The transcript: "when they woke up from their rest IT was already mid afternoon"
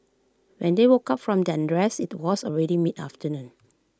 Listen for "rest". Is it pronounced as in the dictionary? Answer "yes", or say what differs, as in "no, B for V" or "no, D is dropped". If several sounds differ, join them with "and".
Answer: no, T is dropped